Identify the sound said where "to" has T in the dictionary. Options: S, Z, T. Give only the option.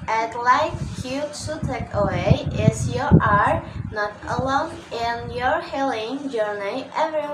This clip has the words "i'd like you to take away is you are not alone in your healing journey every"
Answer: S